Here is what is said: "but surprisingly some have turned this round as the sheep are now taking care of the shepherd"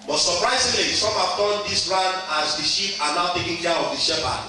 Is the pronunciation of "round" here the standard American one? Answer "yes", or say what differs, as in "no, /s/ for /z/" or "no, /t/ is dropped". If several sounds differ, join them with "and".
no, /d/ is dropped